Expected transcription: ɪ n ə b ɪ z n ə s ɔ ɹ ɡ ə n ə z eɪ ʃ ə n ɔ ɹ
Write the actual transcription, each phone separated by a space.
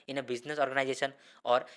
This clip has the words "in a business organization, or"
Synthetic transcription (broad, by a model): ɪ n ə b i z n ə s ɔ ɹ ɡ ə n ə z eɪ s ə n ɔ ɹ